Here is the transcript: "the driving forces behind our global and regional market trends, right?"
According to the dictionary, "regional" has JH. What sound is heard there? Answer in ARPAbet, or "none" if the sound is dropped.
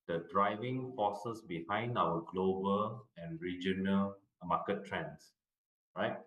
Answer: JH